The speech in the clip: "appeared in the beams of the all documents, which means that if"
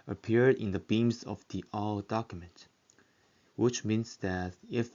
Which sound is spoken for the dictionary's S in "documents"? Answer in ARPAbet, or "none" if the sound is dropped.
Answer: none